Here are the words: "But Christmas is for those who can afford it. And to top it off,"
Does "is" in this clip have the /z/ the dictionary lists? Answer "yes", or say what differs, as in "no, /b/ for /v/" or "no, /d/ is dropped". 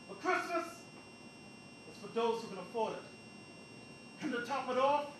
no, /s/ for /z/